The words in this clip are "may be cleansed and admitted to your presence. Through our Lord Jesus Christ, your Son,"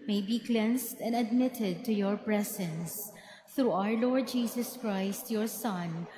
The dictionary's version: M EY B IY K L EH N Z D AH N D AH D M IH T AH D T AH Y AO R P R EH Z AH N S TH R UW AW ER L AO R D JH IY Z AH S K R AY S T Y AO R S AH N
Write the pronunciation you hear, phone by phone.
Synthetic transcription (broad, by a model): M EY B IY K L EH N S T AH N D AH D M IH T AH D T AH Y AO R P R EH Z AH N S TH R UW AW ER L AO R D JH IY S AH S K R AY S T Y AO R S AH N